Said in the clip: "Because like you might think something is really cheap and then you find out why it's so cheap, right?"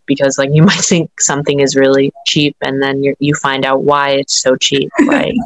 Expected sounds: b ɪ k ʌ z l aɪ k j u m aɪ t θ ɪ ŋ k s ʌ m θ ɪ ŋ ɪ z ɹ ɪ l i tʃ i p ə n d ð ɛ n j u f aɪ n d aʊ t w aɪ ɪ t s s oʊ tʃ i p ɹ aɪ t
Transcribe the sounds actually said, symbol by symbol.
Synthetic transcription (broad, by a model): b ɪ k ʌ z l aɪ k j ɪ m aɪ t θ ɪ ŋ k s ʌ m θ ɪ ŋ ɪ z ɹ ɪ l i tʃ i p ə n ð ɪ n j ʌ f aɪ n d aʊ t w aɪ ɪ t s s oʊ tʃ i p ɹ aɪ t